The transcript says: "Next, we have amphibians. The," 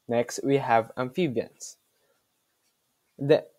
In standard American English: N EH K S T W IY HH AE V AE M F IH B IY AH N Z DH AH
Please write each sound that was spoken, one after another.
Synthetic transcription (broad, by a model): N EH K S T W IY HH AE V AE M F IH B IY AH N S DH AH